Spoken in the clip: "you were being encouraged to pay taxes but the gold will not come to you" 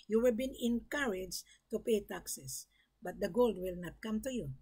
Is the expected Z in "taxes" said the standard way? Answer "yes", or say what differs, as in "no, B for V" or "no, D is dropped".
no, S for Z